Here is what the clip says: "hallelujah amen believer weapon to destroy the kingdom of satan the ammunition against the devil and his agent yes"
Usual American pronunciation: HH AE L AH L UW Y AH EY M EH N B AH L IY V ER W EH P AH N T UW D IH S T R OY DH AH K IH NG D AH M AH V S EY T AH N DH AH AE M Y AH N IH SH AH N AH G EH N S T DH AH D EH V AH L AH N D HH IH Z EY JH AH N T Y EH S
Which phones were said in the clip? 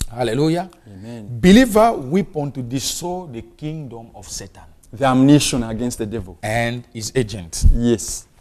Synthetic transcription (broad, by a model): HH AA L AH L UW Y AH EY M EH N B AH L IY V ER W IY P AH N T UW D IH S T OY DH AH K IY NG D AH M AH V S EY T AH N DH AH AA M N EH SH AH N AH G EH N S T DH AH D EH V AH L AH N D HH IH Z EY JH AH N T Y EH S